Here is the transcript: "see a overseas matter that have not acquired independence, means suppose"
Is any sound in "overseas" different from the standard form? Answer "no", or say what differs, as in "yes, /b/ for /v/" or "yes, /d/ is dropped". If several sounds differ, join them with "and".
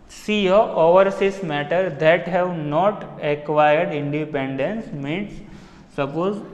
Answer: yes, /s/ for /z/